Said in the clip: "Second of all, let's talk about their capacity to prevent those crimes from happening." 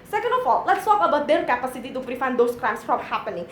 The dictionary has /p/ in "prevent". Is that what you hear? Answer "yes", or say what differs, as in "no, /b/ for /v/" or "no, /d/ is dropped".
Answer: no, /f/ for /p/